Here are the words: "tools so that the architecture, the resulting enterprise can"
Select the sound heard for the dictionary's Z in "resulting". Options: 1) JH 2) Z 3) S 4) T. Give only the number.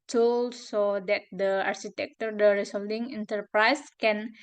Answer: 3